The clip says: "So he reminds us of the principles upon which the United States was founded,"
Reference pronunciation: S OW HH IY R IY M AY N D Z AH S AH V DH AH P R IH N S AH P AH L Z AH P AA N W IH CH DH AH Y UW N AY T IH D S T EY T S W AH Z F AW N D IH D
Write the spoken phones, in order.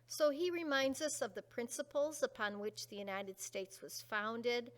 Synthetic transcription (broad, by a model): S OW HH IY R IY M AY N D Z AH S AH V DH AH P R IH N S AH P L Z AH P AA N W IH CH DH AH Y UW N AY T IH D S T EY T S W AH Z F AW N D IH D